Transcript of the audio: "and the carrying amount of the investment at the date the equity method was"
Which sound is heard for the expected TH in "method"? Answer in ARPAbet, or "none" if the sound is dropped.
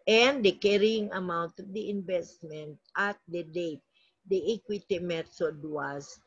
S